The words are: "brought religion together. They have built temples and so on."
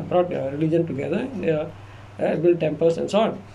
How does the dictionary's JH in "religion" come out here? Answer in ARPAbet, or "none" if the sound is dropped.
JH